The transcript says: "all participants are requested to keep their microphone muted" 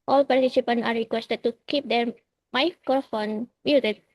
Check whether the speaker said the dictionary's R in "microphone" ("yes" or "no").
no